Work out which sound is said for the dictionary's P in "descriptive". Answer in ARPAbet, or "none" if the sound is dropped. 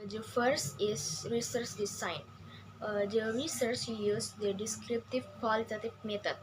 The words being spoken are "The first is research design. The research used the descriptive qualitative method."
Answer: P